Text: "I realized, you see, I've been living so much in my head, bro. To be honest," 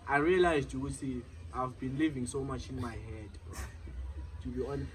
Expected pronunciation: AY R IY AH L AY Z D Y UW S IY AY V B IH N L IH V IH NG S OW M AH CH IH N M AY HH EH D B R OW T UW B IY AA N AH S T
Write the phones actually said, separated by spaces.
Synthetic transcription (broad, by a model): AY R IY AH L AY Z D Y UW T IY AY V B IH N L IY V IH NG S OW M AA CH IH N M AY HH EH D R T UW B IY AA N